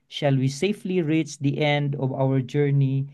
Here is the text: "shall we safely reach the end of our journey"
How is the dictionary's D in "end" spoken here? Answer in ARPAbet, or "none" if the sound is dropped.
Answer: D